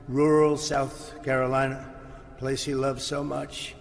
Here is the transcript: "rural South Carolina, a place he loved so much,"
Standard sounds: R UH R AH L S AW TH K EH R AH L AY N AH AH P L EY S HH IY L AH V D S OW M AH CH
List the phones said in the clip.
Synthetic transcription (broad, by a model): R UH R L S AW TH K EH R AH L AY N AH AH P L EY S HH IY L AH V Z S OW M AH CH